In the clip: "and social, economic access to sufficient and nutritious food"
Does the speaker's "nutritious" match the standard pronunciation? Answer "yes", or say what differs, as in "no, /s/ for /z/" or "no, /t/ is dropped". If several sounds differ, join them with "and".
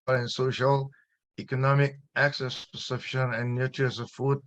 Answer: no, /ʃ/ is dropped